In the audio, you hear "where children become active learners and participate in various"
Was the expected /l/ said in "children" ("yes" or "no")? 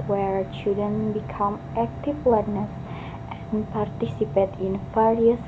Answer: no